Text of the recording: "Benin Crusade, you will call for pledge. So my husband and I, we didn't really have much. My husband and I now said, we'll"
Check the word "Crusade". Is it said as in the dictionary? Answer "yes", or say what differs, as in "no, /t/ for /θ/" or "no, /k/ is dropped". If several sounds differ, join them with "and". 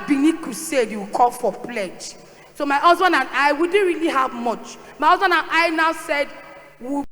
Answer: no, /ɹ/ is dropped